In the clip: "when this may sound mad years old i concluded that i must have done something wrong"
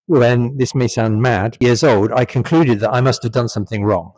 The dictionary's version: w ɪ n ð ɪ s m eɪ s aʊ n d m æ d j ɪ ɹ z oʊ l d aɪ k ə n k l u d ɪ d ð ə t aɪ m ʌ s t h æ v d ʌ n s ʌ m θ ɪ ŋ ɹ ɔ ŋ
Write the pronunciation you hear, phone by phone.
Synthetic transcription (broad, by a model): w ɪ n ð ɪ s m eɪ s aʊ n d m æ d j ɪ ɹ z oʊ l d aɪ k ə n k l u d ɪ d ð ə t aɪ m ʌ s t h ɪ v d ʌ n s ʌ m θ ɪ ŋ ɹ ɔ ŋ